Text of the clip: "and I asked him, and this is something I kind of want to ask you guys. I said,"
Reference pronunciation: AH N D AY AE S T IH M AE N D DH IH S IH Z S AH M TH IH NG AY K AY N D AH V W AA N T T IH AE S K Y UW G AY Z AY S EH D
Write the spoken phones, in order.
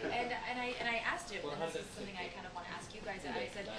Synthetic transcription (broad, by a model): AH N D AY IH T IH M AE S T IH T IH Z S AH M TH IH NG AY K AY N D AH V W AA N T T IH AE S K Y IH G AY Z AY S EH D